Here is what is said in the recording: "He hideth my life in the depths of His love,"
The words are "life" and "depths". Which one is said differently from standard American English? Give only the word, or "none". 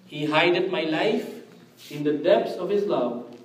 depths